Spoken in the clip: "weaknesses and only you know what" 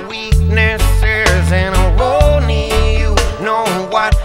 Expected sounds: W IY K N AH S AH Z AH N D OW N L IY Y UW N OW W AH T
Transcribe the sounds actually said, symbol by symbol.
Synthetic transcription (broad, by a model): W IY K N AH S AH Z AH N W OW N IY Y UW N OW W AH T